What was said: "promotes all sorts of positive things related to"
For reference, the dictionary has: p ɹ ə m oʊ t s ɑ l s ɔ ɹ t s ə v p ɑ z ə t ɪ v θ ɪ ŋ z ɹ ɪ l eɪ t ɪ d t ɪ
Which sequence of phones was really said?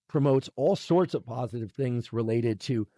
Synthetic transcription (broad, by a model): p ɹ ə m oʊ t s ɑ l s ɔ ɹ t s ə v p ɑ z ə t ɪ v θ ɪ ŋ z ɹ ɪ l eɪ t ɪ d t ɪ